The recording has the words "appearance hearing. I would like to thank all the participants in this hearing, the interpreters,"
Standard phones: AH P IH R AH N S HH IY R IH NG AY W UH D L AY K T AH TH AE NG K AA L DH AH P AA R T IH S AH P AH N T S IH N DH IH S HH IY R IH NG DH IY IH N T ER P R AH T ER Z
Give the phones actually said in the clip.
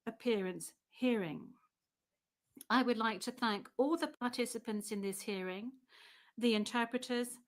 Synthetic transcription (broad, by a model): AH P IH R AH N S HH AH R IH NG AY W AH D L AY K T AH TH AE NG K AA L DH AH P AA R T IH S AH P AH N T S IH N DH IH S HH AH R IH NG DH IY IH N T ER P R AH T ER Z